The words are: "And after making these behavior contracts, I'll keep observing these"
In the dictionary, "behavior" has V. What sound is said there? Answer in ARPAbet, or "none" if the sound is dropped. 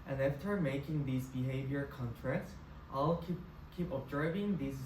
V